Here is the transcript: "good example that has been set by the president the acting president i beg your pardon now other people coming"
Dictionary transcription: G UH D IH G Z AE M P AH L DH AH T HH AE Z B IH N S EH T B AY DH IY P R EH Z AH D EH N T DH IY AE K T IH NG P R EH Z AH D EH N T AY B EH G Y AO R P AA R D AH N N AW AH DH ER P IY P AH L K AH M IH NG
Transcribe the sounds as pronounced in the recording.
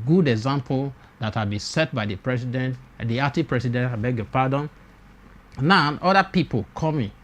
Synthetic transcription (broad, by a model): G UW D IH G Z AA M P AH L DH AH T HH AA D B IH N S EH T B AY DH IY P R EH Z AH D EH N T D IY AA T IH P R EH S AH D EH N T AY B EH G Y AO P AA D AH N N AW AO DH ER P IY P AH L K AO M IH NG